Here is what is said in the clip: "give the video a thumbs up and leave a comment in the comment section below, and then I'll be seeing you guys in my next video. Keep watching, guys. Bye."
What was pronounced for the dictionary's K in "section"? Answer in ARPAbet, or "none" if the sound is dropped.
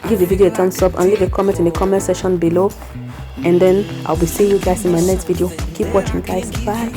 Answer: none